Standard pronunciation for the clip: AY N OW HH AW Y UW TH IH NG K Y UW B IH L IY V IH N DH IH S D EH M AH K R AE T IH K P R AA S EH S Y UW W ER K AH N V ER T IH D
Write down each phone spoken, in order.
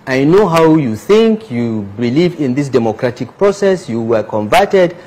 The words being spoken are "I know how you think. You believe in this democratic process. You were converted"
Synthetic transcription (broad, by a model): AY N OW HH AW Y UW TH IH NG K Y UW B IH L IY V IH N DH IH S D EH M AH K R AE T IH K P R AA S EH S Y UW W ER K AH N V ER T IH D